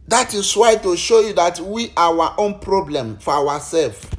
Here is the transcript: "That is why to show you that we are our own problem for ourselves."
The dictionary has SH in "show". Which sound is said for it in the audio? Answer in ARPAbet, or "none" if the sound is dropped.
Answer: SH